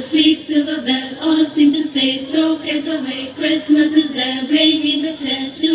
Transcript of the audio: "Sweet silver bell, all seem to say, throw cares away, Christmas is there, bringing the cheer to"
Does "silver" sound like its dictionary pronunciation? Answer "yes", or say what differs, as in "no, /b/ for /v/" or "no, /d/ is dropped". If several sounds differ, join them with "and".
no, /l/ is dropped